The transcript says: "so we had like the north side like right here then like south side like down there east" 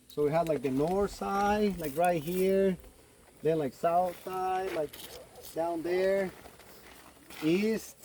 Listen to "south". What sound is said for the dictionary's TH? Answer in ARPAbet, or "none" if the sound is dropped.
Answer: TH